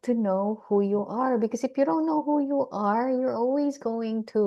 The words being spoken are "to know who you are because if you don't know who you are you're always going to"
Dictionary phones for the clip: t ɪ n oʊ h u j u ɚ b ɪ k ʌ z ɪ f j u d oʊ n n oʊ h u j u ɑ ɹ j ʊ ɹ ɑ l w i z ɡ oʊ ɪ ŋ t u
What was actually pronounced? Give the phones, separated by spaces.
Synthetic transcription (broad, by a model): t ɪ n oʊ h u j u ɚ b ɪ k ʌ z ɪ f j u d oʊ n n oʊ h u j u ɑ ɹ j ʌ ɹ ɑ l w i z ɡ oʊ ɪ ŋ t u